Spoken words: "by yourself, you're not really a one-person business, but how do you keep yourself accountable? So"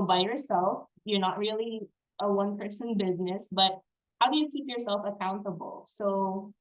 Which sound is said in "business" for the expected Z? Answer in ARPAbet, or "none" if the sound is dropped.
Z